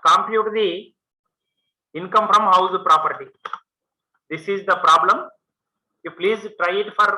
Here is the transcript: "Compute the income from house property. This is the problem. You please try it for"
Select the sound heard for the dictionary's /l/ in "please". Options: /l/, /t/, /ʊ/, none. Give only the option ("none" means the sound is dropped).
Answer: /l/